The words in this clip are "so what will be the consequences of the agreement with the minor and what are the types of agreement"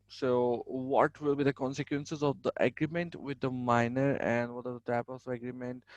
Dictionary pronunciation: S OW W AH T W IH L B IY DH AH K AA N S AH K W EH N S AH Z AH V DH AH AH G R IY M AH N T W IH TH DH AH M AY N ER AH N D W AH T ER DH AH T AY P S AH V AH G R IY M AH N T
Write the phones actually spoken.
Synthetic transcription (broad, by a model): S OW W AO T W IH L B IY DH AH K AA N S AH K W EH N S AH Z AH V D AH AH G R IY M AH N T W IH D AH M AY N ER AH N D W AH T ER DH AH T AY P AH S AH G R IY M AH N T